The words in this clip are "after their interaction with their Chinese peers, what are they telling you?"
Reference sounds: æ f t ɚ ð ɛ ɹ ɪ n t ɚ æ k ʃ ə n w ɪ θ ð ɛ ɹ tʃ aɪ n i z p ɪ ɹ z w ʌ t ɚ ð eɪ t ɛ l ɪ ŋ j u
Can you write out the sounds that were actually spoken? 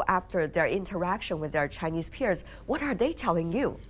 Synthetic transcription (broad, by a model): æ f t ɚ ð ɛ ɹ ɪ n t ɚ æ k ʃ ə n w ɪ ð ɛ ɹ tʃ aɪ n i z p ɪ ɹ z w ʌ t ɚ ð eɪ t ɛ l ɪ ŋ j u